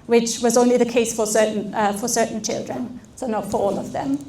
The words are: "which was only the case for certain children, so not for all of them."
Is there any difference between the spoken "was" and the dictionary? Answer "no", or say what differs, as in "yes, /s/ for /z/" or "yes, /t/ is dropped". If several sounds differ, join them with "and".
no